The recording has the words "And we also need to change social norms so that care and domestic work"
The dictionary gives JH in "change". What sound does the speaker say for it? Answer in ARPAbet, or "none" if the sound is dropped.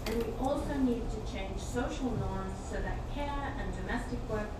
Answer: ZH